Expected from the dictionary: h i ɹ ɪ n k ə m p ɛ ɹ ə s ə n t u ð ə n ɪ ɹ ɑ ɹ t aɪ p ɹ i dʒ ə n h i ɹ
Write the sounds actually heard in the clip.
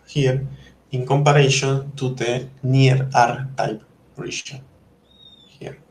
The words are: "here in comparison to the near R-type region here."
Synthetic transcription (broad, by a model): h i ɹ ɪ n k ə m p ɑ ɹ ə ʃ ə n t u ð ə n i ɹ ɑ ɹ t aɪ p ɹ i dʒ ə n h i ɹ